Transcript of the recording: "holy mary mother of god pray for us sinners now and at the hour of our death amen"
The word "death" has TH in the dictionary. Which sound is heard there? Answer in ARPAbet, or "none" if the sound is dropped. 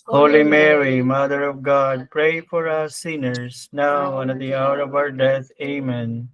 T